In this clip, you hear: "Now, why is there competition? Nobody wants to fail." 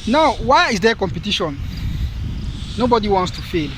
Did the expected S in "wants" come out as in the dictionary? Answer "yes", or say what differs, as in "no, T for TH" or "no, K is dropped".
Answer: yes